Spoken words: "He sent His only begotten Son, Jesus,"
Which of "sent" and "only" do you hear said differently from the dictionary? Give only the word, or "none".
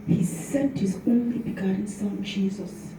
none